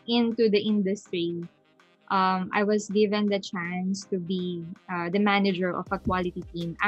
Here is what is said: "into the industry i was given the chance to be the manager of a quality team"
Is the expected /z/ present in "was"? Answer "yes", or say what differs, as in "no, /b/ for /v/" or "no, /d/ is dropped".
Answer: no, /s/ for /z/